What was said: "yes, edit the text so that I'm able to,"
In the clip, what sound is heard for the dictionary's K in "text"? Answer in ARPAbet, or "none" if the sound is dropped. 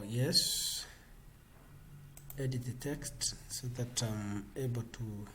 K